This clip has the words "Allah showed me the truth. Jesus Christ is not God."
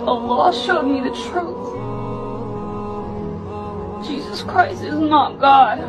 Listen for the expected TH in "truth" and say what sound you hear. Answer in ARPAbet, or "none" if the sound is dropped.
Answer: TH